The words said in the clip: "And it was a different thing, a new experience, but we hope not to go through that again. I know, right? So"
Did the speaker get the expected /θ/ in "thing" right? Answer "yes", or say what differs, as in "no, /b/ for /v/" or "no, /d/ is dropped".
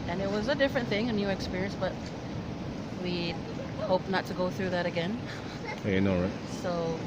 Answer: yes